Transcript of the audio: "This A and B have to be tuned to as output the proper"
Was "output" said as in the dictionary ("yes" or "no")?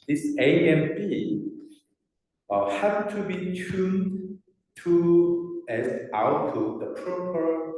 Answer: no